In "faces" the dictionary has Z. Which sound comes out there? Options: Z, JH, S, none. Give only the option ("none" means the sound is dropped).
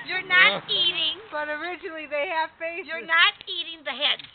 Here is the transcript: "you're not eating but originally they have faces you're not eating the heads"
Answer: none